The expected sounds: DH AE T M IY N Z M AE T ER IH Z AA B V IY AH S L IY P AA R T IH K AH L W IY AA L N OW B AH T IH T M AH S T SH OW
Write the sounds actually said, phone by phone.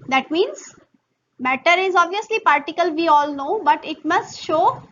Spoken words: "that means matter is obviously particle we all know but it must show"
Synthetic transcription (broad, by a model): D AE T M IY N Z M AE T ER IH Z AA B V IY AH S L IY P AA R T IH K AH L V IY AA L N OW B AH T IH T M AH S T SH OW